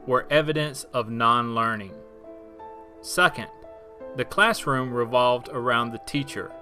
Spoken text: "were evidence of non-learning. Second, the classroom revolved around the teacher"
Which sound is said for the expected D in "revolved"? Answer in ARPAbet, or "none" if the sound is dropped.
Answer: D